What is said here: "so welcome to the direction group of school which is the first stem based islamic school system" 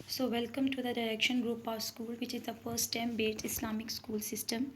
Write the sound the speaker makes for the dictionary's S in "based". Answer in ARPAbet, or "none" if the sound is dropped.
none